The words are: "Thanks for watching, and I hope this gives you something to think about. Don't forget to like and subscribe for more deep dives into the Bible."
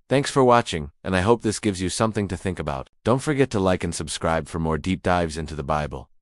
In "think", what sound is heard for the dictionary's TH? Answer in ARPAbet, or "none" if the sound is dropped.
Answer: TH